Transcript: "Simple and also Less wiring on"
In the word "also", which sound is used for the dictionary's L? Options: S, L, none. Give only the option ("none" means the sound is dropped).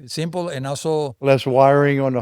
none